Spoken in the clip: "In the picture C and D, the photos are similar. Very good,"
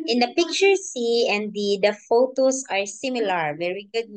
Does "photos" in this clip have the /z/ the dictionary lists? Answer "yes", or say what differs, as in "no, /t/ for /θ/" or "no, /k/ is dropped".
no, /s/ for /z/